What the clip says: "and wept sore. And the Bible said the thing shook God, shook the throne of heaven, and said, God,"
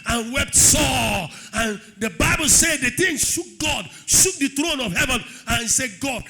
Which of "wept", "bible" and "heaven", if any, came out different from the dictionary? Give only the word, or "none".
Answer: none